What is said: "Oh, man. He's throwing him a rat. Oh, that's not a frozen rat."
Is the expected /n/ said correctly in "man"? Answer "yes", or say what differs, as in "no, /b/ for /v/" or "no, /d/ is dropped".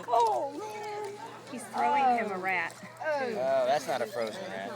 no, /l/ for /n/